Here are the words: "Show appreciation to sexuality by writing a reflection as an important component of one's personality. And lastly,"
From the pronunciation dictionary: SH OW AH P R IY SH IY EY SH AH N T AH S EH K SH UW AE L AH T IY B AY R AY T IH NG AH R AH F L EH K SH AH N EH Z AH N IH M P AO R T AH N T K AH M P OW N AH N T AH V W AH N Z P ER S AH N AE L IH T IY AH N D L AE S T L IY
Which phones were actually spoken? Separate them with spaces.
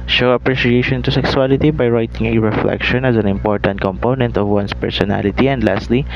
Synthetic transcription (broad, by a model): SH OW AH P R IY SH IY EY SH AH N T AH S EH K S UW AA L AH T IY B AY R AY T IH NG AH R AH F L EH K SH AH N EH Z AH N IH M P AO R T AH N T K AH M P OW N AH N T AH V W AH N S P ER S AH N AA L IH T IY AH N D L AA S T L IY